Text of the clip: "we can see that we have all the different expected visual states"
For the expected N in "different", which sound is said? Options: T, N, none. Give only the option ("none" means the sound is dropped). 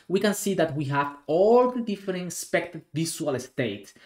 none